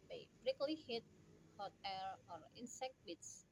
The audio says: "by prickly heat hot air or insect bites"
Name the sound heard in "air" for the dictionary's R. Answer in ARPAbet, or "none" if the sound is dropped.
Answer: L